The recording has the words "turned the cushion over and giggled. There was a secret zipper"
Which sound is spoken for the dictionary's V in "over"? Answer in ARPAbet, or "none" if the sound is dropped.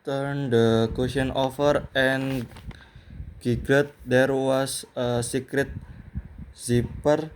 F